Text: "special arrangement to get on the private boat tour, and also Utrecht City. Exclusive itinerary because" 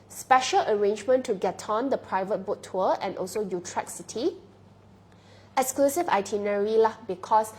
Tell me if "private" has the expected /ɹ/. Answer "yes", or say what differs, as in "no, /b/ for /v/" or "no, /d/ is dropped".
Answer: yes